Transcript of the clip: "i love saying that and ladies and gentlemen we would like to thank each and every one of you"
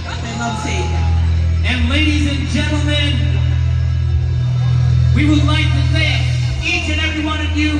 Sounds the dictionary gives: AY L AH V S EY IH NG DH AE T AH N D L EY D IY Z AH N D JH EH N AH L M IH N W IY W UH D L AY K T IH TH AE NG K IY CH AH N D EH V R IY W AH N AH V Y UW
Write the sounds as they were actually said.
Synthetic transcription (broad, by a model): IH N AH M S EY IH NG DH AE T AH N L EY D IY Z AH N JH EH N L M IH N W IY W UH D L AY K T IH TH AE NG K IY CH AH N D EH V R IY W AH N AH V Y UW